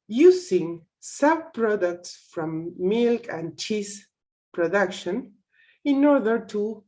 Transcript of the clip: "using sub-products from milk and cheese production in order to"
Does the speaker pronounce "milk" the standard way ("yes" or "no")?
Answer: yes